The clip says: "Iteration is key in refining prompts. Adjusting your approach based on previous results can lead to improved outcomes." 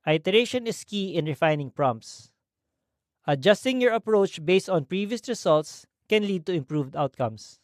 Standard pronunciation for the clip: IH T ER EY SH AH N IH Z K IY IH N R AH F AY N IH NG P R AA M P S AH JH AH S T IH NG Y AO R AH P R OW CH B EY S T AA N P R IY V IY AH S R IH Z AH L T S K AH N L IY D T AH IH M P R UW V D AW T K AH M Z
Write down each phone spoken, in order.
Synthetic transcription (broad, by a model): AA T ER EY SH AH N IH S K IY IH N R AH F AY N IH NG P R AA M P S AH JH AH S T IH NG Y AO R AH P R OW CH B EY S T AA N P R IY V IY AH S R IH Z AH L T S K AH N L IY D T AH IH M P R UW V D AW T K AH M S